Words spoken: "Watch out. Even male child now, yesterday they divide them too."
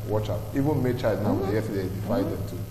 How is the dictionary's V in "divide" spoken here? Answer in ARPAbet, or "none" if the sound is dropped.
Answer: F